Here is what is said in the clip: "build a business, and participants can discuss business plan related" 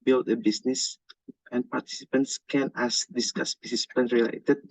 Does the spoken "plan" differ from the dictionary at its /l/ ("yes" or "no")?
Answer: yes